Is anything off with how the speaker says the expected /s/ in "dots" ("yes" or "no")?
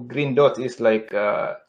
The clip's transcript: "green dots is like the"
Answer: yes